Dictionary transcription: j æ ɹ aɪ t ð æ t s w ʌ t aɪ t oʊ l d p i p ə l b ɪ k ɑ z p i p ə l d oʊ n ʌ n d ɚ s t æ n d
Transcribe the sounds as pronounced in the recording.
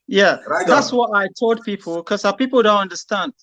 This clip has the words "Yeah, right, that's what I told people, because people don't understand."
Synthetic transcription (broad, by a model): j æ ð ð æ t s w ʌ t aɪ t oʊ l d p i p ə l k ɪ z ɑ p i p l d oʊ n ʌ n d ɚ s t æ n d